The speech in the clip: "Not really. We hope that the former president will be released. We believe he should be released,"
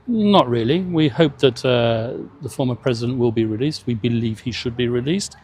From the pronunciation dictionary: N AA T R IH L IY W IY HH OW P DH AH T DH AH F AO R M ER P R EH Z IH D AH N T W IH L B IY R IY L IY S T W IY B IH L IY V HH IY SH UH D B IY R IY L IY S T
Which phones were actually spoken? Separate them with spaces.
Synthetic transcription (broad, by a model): N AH T R IH L IY W IY HH OW P DH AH T DH AH F AO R M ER P R EH Z IH D AH N T W IH L B IY R IY L IY S T W IY B IH L IY V HH IY SH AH D B IY R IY L IY S T